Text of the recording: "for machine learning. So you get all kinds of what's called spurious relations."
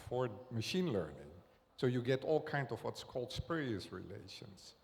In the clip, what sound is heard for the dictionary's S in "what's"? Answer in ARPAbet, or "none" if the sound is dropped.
S